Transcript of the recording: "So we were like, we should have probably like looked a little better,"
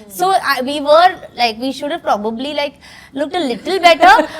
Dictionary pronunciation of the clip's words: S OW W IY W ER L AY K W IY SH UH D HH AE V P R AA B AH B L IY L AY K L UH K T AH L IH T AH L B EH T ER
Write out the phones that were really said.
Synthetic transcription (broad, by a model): S OW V IY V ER L AY K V IY SH UH D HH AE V P R AA B AH B L IY L AY K L UH K T AH L IH T AH L B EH T ER